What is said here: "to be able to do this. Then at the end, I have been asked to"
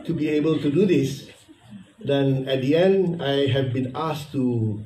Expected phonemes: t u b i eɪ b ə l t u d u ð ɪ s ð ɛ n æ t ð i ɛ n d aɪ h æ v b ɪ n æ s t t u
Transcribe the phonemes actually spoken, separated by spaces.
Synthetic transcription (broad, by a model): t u b i eɪ b ə l t u d u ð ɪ s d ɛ n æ t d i ɛ n d aɪ h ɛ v b ɪ n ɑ s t t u